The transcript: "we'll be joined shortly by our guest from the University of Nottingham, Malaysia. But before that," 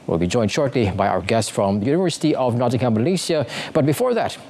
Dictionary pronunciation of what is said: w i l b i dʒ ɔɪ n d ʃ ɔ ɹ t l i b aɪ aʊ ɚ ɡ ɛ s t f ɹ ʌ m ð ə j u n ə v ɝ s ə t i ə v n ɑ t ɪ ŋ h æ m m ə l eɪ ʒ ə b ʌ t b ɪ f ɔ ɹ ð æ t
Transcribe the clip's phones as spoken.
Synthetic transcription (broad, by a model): w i l b i dʒ ɔɪ n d ʃ ɔ ɹ t l i b aɪ aʊ ɚ ɡ ɛ s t f ɹ ʌ m ð ə j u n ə v ɝ s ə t i ə v n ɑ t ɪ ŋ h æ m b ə l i s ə b ʌ t b ɪ f ɔ ɹ ð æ t